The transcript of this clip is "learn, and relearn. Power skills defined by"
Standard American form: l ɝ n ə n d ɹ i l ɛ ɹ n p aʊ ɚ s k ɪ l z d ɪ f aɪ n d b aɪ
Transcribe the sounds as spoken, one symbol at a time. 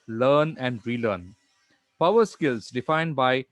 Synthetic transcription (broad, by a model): l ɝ n ə n d ɹ i l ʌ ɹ n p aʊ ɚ s k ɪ l s d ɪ f aɪ n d b aɪ